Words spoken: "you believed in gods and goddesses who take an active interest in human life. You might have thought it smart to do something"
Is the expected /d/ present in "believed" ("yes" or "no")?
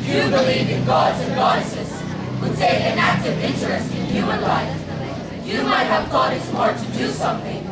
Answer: no